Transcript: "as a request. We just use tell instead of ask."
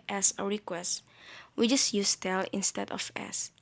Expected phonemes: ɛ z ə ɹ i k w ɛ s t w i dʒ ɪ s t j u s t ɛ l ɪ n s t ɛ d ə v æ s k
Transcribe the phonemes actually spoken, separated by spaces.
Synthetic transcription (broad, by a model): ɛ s ə ɹ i k w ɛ s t w i dʒ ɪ s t j u s t ɛ l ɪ n s t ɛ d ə f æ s